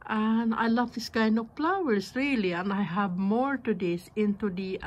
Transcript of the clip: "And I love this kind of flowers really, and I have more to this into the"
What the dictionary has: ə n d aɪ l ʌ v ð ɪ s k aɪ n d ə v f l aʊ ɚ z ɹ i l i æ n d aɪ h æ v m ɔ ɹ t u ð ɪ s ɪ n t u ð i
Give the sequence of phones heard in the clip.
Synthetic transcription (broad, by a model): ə n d aɪ l ʌ v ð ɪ s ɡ aɪ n ə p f l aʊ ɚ s ɹ i l i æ n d aɪ h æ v m ɔ ɹ t u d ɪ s ɪ n t u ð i